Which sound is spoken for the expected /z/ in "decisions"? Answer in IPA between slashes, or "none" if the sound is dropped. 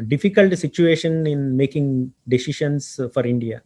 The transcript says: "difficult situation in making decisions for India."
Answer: /s/